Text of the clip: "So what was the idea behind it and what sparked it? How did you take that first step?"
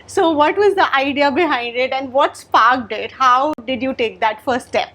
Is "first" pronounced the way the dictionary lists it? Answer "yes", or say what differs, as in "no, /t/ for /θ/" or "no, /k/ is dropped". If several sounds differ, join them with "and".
no, /s/ is dropped